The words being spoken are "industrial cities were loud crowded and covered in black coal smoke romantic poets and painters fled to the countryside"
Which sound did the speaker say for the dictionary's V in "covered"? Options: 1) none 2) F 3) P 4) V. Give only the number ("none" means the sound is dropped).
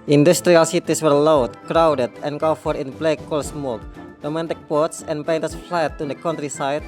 2